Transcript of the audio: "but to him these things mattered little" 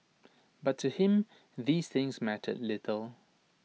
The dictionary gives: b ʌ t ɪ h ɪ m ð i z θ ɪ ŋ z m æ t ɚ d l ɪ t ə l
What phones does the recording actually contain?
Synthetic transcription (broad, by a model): b ʌ t ɪ h ɪ m ð i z θ ɪ ŋ z m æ t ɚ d l ɪ t ə l